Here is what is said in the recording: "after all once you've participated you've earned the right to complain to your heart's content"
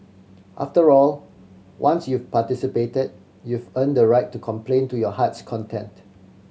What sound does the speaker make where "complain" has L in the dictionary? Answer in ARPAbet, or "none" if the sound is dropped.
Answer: L